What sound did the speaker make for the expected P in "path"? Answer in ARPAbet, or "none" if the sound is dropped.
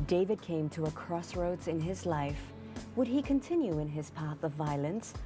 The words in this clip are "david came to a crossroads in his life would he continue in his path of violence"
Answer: P